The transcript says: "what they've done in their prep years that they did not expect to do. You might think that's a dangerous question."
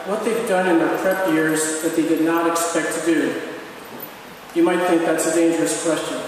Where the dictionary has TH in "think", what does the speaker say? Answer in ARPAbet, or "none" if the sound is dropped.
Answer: TH